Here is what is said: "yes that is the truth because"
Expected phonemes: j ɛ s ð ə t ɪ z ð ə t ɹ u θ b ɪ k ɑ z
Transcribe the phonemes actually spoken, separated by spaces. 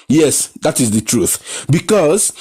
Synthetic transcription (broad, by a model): j ɛ s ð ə t ɪ z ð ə t ɹ u θ b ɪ k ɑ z